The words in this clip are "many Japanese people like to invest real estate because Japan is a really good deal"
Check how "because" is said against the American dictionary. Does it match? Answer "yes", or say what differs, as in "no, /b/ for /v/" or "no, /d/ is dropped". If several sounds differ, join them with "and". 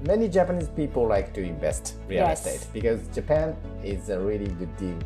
yes